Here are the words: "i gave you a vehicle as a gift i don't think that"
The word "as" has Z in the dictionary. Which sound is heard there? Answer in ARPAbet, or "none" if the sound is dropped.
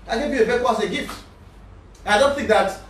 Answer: S